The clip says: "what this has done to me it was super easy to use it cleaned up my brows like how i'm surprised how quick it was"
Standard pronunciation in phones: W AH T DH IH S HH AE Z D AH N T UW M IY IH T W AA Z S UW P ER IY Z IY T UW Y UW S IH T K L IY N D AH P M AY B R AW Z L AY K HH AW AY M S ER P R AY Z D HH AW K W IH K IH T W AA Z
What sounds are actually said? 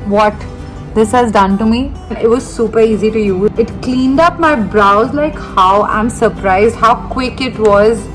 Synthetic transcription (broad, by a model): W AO T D IH S HH AE Z D AH N T UW M IY IH T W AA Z S UW P ER IY Z IY T UW Y UW IH T K L IY N D AH P M AY B R AW Z L AY K HH AW AY M S ER P R AY Z D HH AW K W IH K IH T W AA Z